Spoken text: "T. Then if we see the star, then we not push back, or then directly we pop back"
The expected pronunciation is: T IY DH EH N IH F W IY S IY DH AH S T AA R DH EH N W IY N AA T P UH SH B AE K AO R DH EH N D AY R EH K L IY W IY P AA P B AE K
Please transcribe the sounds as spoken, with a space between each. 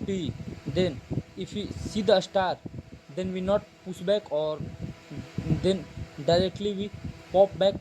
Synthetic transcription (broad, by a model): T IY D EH N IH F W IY S IY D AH S T AA R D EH N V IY N AA T P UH S B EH K AO R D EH N D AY R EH K L IY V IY P AA P B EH K